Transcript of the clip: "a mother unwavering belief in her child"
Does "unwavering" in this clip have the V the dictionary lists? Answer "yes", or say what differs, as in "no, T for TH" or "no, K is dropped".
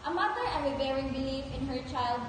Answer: no, B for V